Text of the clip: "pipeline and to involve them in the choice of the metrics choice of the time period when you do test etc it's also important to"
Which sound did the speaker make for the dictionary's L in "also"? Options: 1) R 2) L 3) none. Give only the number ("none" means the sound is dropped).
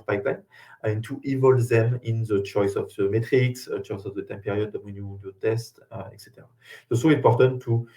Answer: 3